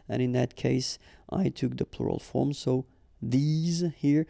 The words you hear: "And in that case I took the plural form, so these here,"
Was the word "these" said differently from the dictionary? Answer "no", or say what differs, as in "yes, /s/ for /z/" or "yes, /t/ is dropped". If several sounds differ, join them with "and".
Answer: no